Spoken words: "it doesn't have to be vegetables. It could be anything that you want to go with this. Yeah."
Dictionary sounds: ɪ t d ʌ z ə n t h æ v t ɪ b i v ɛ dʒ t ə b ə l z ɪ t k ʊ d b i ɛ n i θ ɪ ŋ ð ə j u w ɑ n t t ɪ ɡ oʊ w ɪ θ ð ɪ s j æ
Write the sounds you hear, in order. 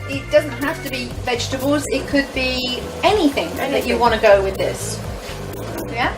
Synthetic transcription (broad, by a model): ɪ t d ʌ z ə n t h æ f t ɪ b i v ɛ dʒ t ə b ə l z ɪ t k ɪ d b i ɛ n i θ ɪ ŋ ð ə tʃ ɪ w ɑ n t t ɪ ɡ oʊ w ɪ ð ɪ s j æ